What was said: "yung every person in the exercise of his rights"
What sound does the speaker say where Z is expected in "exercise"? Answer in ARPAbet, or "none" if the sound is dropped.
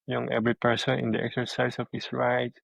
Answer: S